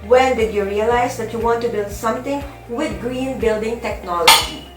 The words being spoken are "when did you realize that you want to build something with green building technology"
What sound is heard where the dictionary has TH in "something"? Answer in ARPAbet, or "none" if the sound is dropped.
T